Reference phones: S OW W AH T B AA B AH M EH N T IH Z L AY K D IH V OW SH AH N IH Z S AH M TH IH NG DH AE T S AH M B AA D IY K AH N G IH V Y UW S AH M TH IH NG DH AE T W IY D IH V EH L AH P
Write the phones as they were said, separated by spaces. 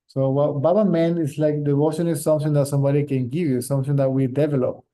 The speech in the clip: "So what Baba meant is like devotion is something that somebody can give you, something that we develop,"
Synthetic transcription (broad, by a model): S OW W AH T B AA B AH M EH N IH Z L AY K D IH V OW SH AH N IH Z S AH M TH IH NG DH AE T S AH M B AA D IY K AH N G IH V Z S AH M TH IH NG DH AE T W IY D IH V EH L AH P